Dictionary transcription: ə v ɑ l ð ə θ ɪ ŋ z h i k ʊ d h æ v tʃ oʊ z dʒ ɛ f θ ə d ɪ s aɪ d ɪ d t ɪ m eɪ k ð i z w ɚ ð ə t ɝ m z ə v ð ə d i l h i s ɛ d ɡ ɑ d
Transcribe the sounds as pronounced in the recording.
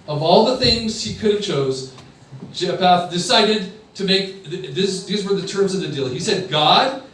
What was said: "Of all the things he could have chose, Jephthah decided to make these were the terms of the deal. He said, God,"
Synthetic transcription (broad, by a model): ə v ɑ l ð ə θ ɪ ŋ z h i k ʊ d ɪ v tʃ oʊ z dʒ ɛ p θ d ɪ s aɪ d ɪ d t ɪ m eɪ k ð i z w ɚ ð ə t ɝ m z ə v ð ə d i l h i s ɛ d ɡ ɑ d